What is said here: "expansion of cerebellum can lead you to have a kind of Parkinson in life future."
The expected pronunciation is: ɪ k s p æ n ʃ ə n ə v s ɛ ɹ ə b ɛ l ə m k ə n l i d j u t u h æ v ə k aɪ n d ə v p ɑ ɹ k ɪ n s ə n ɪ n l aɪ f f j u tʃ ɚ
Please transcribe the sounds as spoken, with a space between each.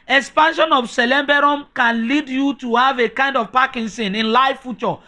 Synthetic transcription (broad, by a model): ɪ k s p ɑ n ʃ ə n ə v s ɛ l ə b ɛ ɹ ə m k ə n l i d j u t u h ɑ v ə k aɪ n d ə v p ɑ k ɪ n s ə n ɪ n l aɪ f f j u tʃ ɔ